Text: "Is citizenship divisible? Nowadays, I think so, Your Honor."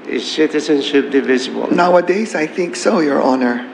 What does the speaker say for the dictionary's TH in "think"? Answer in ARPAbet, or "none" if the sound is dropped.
TH